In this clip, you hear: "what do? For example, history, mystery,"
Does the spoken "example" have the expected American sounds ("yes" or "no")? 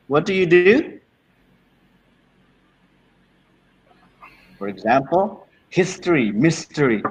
yes